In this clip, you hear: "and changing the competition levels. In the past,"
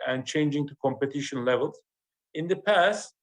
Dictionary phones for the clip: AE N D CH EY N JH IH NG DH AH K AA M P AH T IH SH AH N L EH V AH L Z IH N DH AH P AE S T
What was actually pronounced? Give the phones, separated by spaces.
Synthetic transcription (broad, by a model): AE N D CH EY N JH IH NG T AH K AA M P AH T IH SH AH N L EH V AH L Z IH N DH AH P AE S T